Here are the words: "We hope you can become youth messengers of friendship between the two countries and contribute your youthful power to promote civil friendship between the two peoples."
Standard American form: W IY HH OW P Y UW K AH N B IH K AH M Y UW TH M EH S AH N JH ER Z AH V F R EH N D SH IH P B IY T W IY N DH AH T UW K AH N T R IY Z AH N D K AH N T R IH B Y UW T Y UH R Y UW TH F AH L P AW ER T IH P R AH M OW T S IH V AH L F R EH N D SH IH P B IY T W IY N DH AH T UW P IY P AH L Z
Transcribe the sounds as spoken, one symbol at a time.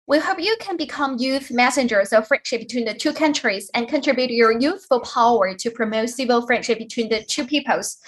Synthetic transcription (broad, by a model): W IY HH OW P Y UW K AH N B IH K AH M Y UW TH M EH S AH N JH ER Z AH V F R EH N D SH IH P B IY T W IY N DH AH T UW K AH N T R IY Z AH N K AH N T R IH B Y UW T Y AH R Y UW TH F AH L P AW ER T IH P R AH M OW T S IH V AH L F R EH N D SH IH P B IY T W IY N DH AH T UW P IY P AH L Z